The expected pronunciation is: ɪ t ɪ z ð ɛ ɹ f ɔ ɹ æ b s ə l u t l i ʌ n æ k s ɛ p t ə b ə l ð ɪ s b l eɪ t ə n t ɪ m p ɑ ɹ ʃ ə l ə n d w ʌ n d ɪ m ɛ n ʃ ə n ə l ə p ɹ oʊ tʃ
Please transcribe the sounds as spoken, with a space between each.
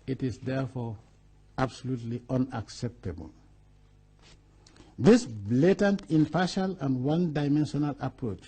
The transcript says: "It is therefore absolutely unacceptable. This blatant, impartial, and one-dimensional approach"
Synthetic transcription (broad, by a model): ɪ t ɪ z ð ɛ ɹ f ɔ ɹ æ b s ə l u t l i ʌ n æ k s ɛ p t ə b ə l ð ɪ s b l eɪ t ə n t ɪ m p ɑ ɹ ʃ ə l ə n d w ʌ n d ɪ m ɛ n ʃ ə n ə l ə p ɹ oʊ tʃ